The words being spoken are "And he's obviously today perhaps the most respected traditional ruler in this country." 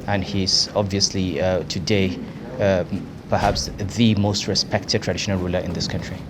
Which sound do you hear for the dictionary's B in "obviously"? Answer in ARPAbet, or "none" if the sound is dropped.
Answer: B